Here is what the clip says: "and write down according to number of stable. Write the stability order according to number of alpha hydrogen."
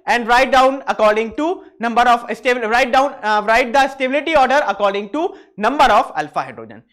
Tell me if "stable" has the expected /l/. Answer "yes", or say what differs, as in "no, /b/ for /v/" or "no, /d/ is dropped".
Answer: no, /n/ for /l/